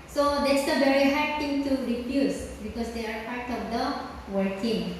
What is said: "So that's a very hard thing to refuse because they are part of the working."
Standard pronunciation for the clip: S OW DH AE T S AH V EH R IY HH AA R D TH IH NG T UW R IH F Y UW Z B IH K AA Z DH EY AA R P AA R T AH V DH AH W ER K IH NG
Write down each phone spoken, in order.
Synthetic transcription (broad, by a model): S OW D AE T S AH V EH R IY HH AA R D T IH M T UW R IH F Y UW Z B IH K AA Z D EY AA R P AA R T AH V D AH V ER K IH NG